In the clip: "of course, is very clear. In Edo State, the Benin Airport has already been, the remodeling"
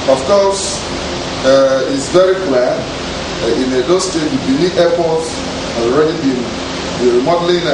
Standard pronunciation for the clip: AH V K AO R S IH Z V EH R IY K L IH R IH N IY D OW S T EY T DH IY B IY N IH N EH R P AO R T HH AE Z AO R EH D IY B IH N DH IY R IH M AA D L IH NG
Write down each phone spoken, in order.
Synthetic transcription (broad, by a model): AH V K AO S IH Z V EH R IY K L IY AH IH N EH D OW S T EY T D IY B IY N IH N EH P AO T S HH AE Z AO R EH D IY B IH N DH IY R M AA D L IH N